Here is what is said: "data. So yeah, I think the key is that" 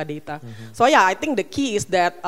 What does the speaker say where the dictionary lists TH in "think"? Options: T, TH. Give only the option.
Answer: T